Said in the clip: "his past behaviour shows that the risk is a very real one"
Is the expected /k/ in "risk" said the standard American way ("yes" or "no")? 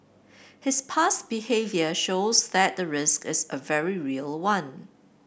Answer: yes